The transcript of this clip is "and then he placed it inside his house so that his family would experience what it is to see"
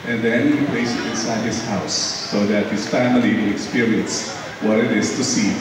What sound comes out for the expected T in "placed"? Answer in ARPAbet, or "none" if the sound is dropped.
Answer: none